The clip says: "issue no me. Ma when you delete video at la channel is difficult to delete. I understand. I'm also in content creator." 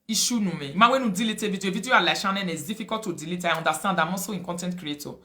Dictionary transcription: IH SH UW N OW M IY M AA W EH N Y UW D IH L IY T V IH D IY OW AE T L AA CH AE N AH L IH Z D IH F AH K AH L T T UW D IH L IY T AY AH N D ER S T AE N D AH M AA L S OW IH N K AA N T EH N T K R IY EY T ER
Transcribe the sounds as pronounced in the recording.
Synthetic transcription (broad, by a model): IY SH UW N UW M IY M AA W EH N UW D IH L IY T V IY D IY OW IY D L AA SH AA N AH N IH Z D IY F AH K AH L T T UW D IH L IY T AY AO N D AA S T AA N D AH M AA S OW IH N K AA N T EH N T K R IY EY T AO